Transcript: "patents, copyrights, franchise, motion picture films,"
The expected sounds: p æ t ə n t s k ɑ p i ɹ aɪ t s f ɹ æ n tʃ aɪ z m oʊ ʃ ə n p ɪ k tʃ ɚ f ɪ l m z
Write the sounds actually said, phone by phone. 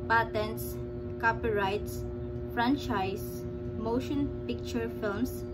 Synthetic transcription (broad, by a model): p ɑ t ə n s k ɑ p i ɹ aɪ t s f ɹ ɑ n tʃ aɪ s m oʊ ʃ ə n p ɪ k tʃ ɚ f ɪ l m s